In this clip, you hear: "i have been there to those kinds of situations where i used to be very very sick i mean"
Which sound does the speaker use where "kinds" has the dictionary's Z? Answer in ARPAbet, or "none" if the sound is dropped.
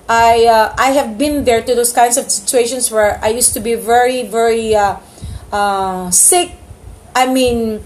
S